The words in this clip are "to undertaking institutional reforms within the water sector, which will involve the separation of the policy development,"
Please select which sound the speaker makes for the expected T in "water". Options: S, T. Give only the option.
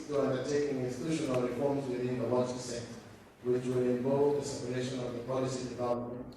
S